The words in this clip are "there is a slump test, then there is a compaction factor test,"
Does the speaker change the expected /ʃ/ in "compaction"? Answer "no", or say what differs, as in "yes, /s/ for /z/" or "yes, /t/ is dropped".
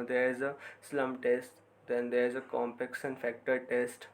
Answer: yes, /s/ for /ʃ/